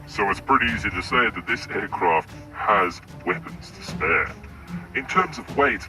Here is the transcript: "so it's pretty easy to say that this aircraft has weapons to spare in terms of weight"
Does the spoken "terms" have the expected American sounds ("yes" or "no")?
yes